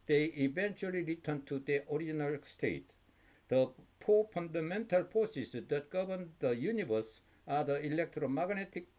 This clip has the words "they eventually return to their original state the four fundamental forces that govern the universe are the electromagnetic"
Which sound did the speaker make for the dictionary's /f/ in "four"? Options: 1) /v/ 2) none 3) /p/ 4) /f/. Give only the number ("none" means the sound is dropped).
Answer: 3